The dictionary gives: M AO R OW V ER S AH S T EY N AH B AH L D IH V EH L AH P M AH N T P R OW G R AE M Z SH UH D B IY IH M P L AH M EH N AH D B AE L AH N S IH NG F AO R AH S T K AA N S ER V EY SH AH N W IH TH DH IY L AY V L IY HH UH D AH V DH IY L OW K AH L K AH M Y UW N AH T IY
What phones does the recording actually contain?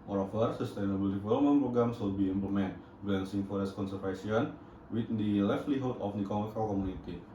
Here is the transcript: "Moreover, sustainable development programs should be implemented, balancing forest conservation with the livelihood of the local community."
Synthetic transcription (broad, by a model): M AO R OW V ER S AH S T EY N AH B AH L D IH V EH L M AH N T P R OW G R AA M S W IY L B IY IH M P L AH M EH N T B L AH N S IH NG F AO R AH S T K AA N S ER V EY S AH N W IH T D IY L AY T L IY HH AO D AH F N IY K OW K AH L K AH M UW N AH T IY